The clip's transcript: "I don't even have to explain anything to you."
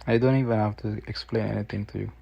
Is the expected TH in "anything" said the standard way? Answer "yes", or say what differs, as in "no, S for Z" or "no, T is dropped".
no, T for TH